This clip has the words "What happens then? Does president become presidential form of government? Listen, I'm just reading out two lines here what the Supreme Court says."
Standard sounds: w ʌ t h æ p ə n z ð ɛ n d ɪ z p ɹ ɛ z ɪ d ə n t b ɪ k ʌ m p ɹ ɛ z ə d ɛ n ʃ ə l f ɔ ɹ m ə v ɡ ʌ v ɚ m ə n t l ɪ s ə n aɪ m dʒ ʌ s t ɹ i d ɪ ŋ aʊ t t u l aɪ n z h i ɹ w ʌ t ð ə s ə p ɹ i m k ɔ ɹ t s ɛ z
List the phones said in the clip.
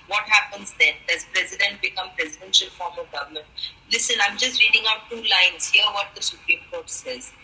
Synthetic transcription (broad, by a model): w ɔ t h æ p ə n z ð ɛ n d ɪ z p ɹ ɛ z ɪ d ə n t b ɪ k ʌ m p ɹ ɛ z ə d ɛ n ʃ ə l f ɔ ɹ m ə v ɡ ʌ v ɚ m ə n t l ɪ s ə n aɪ m dʒ ʌ s t ɹ i d ɪ ŋ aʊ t t u l aɪ n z h i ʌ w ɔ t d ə s ə p ɹ i m k ɔ ɹ t s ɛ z